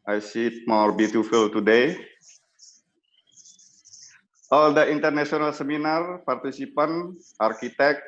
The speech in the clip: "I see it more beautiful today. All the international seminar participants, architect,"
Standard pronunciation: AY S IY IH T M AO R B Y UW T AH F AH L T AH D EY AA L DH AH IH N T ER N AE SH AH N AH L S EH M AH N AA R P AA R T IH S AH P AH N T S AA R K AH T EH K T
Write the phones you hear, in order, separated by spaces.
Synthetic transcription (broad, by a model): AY S IY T M AO R B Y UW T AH F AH L T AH D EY AA L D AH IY N T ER N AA S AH N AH L S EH M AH N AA R P AA R T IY S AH P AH N T AA R K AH T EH K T